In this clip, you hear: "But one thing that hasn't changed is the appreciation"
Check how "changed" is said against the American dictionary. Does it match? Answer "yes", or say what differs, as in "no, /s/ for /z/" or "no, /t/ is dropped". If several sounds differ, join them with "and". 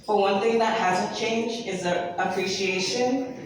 no, /d/ is dropped